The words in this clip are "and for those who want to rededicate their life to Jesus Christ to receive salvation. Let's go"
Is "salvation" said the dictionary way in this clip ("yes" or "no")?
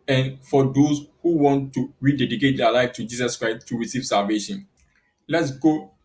yes